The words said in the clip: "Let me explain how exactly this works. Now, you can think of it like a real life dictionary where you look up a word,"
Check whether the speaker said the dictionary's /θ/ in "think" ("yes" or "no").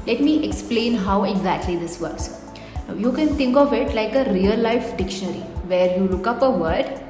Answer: no